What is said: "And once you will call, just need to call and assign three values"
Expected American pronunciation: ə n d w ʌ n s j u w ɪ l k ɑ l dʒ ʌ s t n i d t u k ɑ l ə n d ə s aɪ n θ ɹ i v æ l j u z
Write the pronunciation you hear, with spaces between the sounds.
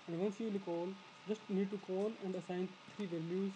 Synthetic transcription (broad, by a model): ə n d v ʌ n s j u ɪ l k ɑ l dʒ ʌ s t n i d t u k ɑ l ə n d ə s aɪ n t ɹ i v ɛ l j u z